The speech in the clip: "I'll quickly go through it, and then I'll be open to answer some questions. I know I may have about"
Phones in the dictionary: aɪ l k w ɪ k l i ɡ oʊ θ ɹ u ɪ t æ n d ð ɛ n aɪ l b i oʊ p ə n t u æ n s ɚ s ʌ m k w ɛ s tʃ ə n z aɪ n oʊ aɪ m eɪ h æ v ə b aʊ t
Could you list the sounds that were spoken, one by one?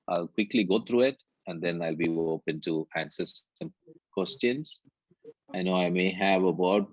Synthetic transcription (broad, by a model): aɪ l k w ɪ k l i ɡ oʊ t ɹ u ɪ t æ n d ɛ n aɪ l b i oʊ p ə n t u æ n s ɚ s ʌ m k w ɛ s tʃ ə n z aɪ n oʊ aɪ m eɪ h æ v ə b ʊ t